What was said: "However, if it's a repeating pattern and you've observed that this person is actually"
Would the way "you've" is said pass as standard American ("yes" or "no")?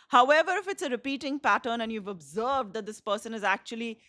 yes